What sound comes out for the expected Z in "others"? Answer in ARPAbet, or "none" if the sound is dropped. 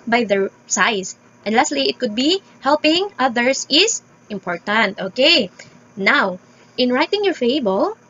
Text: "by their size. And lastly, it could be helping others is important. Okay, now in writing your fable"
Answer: S